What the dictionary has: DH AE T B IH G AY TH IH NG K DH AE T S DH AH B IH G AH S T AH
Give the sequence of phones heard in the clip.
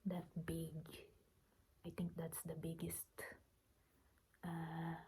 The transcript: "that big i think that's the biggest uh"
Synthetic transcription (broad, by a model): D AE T B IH G AY T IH NG K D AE T S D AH B IH G AH S T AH